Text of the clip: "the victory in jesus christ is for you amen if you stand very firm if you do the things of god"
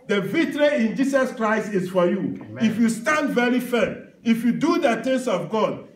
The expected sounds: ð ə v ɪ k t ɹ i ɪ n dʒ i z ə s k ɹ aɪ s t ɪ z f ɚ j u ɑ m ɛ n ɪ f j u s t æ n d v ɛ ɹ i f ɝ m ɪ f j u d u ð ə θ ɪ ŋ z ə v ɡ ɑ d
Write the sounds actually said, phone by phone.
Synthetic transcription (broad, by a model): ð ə v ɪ t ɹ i ɪ n dʒ i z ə s k ɹ aɪ s t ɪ s f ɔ j u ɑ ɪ f j u s t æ n d v ɛ ɹ i f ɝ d ɪ f j u d u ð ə t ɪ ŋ s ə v ɡ ɑ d